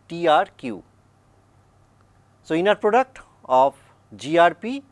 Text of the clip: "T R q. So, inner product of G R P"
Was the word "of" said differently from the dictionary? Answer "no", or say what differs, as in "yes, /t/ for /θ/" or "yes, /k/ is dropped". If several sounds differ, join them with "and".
yes, /p/ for /v/